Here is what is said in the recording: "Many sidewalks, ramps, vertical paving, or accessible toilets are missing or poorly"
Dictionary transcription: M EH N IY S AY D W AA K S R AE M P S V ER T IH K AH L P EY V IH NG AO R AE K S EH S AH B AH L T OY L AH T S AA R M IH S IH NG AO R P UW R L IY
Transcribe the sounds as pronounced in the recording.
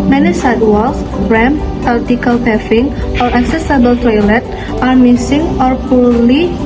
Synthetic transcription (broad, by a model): M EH N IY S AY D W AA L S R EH M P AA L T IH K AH L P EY F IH NG AO R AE K S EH S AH B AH L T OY L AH T AA R M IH S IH NG AO R P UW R L IY